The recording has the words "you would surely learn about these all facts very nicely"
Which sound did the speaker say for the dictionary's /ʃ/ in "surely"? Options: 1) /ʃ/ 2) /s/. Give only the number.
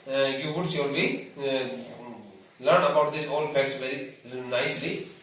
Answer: 2